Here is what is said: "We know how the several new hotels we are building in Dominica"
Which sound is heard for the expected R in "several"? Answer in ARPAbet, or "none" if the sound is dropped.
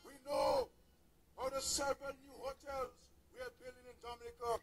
none